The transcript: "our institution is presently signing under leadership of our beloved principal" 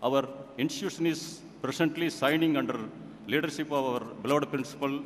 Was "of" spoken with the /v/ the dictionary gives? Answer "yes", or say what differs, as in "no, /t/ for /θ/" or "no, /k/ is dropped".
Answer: yes